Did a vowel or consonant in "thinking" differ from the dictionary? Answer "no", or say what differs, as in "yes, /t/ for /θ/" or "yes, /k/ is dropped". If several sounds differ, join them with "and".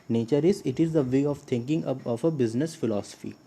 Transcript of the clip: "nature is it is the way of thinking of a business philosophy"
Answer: yes, /t/ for /θ/